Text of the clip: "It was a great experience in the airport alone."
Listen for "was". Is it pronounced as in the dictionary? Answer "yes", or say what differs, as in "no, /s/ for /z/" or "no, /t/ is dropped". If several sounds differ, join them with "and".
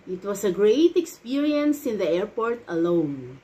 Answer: no, /s/ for /z/